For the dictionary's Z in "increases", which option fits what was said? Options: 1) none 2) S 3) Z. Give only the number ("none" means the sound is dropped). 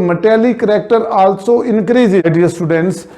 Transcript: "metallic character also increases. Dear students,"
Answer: 1